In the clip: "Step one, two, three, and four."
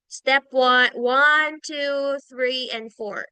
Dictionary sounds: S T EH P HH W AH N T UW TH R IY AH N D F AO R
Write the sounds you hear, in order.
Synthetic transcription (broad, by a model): S T EH P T W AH N T UW TH R IY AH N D F AO R